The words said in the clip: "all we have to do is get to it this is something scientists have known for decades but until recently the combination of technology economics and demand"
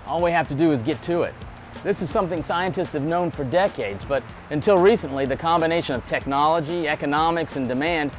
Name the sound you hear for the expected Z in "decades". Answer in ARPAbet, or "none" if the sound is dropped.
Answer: Z